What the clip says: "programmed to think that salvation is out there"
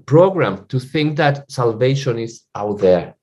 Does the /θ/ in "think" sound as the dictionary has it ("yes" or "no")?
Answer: yes